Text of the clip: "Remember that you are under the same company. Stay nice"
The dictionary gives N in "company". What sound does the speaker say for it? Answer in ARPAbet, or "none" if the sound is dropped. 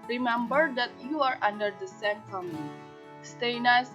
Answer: L